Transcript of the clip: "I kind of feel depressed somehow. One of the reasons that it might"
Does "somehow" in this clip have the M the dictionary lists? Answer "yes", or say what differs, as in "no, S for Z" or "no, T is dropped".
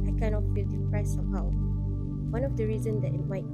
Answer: no, M is dropped